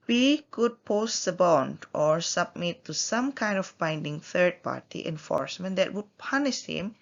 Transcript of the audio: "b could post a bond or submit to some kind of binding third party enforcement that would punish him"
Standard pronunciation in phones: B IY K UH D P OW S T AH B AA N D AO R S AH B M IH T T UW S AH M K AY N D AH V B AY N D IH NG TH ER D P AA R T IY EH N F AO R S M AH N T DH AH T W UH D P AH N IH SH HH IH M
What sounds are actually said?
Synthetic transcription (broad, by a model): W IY K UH D P OW S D AH B AA N D AO R S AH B M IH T T UW S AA M K AY N D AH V B AY N D IH NG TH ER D P AA R T IY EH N F AO R S M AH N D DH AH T W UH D P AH N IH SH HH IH M